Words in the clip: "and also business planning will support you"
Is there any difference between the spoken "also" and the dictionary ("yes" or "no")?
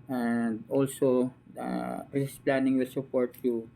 no